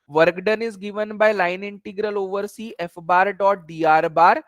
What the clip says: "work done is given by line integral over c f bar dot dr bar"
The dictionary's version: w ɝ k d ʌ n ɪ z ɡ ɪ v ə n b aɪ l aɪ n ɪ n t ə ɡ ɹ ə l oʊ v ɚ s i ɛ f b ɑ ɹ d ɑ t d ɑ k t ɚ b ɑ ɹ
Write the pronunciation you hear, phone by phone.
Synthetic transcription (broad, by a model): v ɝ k d ʌ n ɪ z ɡ ɪ v ə n b aɪ l aɪ n ɪ n t ə ɡ ɹ ə l oʊ v ɚ s i ɛ f b ɑ ɹ d ɑ t d ɑ t b ɑ ɹ